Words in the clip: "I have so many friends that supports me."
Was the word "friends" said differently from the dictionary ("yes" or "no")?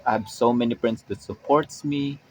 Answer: yes